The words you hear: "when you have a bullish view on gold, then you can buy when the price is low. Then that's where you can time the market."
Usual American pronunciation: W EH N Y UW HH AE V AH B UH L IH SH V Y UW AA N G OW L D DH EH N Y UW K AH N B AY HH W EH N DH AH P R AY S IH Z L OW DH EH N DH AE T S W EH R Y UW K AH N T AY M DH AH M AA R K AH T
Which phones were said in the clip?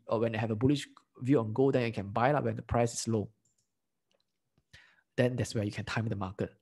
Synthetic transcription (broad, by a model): W EH N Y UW HH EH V AH B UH L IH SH V Y UW AA N G OW D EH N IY K AH N B AY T W EH N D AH P R AY S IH S L OW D EH N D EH T S W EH Y UW K AH N T AY M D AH M AA K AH T